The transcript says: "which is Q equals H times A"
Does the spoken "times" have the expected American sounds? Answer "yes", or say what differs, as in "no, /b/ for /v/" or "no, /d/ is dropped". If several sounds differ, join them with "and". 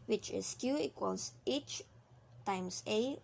no, /s/ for /z/